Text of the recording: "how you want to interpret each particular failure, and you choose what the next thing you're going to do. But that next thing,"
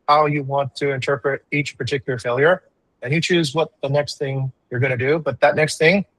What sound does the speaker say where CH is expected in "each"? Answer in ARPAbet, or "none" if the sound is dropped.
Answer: CH